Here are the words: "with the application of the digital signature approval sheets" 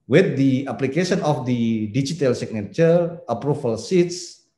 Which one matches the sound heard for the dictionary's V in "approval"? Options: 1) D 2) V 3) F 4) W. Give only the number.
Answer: 3